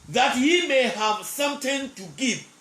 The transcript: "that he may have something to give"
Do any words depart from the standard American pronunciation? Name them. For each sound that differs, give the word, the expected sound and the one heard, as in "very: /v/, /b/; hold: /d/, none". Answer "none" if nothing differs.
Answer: something: /θ/, /t/